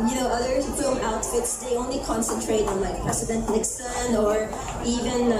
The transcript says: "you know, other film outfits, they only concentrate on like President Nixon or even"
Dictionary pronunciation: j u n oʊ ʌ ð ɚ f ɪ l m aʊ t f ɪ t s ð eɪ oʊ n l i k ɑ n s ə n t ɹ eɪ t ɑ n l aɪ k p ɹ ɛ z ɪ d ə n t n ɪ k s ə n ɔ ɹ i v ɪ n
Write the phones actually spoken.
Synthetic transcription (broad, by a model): j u n oʊ ʌ ð ɚ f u m aʊ t f ɪ t s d eɪ oʊ n l i k ɑ n s ə n t ɹ eɪ t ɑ n l aɪ k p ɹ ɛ s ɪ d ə n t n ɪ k s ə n ɔ ɹ i v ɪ n